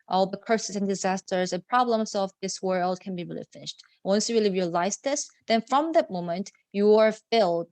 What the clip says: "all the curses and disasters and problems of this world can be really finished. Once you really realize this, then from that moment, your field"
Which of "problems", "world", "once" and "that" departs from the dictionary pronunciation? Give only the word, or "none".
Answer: none